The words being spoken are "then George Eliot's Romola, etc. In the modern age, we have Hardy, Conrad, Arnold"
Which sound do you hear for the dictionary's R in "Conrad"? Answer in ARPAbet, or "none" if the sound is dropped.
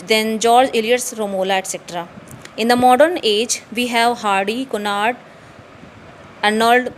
none